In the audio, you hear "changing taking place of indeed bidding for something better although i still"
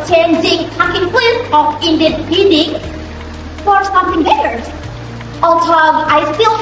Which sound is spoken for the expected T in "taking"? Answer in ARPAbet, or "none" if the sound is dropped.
S